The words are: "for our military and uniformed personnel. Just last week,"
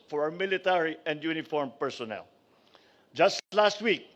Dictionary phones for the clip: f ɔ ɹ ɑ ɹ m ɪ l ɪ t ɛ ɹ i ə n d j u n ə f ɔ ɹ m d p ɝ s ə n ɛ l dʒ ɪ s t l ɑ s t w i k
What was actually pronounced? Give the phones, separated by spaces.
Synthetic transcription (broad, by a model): f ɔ ɹ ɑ w m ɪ l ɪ t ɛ ɹ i ə n d j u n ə f ɔ ɹ m p ɝ s ə n ɛ l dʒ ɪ s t l ɑ s t w i k